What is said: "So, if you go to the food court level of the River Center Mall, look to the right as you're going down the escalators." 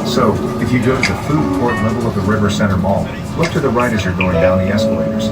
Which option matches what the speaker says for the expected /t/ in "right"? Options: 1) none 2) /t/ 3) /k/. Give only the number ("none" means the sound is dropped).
2